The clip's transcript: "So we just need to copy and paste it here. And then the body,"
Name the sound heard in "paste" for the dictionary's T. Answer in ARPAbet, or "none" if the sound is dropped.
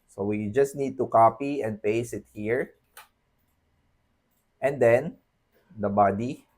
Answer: none